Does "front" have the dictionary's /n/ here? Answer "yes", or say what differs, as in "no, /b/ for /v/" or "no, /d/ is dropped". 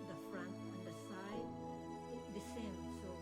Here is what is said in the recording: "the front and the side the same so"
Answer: yes